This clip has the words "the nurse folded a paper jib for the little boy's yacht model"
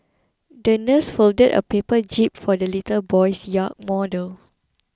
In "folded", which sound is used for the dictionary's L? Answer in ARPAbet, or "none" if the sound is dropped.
L